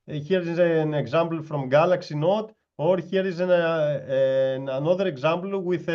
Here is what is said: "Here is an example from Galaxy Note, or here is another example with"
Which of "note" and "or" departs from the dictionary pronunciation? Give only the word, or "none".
none